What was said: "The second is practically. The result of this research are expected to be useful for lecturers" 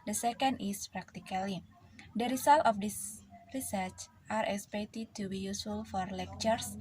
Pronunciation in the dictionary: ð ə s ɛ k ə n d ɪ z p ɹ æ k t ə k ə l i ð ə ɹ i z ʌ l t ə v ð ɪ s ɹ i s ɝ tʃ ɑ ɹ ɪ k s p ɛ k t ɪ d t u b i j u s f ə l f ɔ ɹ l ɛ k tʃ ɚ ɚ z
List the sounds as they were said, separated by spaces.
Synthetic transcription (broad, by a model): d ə s ɛ k ə n d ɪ s p ɹ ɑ k t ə k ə l i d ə ɹ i s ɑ l t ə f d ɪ s ɹ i s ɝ tʃ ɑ ɹ ɪ k s p ɛ k t ɪ d t u b i j u s f ə l f ɔ ɹ l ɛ k tʃ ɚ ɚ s